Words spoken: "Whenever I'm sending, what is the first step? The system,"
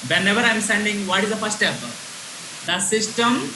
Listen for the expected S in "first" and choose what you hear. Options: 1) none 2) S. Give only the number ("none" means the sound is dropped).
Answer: 1